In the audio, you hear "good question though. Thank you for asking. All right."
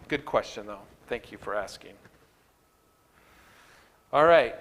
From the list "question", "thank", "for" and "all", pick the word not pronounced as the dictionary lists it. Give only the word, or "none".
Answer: none